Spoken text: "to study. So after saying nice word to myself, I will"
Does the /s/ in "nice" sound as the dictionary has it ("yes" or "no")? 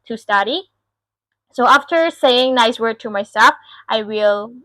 yes